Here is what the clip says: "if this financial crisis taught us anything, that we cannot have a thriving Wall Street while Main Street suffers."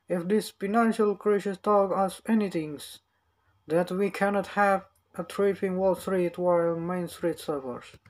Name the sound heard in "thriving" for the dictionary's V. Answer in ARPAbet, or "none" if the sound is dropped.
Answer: P